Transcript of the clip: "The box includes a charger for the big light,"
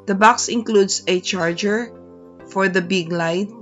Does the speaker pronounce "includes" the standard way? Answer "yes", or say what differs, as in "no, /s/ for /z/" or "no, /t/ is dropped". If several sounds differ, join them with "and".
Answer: no, /s/ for /z/